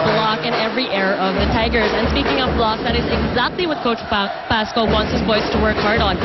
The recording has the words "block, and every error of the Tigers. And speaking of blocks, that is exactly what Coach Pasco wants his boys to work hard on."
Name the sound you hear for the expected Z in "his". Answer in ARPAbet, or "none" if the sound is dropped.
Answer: Z